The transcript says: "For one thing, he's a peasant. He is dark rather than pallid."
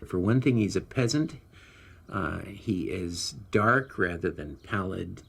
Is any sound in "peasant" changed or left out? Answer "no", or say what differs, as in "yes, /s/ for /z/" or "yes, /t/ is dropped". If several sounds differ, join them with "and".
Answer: no